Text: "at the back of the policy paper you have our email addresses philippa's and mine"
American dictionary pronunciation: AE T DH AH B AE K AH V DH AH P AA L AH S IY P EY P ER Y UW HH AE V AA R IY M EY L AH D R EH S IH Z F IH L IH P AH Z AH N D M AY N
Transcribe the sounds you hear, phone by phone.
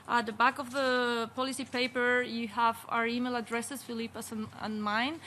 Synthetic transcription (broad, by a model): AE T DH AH B AE K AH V DH AH P AA L AH S IY P EY P ER Y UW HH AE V AA R IY M EY L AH D R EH S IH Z F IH L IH P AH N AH N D M AY N